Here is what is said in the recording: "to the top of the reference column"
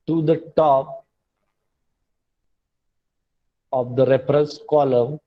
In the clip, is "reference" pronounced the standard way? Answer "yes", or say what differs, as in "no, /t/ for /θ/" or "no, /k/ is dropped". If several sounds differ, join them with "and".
no, /p/ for /f/